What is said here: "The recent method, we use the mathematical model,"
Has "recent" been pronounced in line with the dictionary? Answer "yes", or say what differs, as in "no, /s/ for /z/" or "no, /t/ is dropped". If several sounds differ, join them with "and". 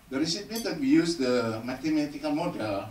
no, /n/ is dropped